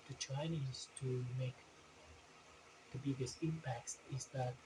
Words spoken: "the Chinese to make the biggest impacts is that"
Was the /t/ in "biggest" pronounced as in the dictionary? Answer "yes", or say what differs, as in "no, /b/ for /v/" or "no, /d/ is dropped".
no, /t/ is dropped